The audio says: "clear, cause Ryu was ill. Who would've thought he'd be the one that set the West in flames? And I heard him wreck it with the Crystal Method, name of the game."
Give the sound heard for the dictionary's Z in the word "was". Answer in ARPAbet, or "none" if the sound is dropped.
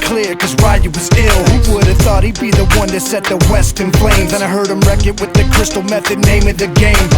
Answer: Z